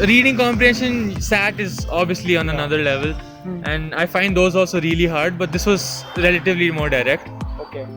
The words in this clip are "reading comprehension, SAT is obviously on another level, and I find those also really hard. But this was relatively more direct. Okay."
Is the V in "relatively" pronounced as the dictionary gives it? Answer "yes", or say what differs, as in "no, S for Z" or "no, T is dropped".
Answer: yes